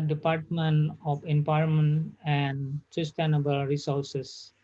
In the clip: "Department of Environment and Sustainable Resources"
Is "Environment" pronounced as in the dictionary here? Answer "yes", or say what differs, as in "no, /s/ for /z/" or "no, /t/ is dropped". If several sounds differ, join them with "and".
no, /p/ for /v/ and /ɹ/ is dropped and /n/ is dropped